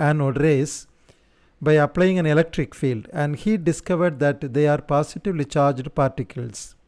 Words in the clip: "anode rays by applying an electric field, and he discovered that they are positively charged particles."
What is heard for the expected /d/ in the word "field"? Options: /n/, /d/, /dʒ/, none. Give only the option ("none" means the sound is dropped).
/d/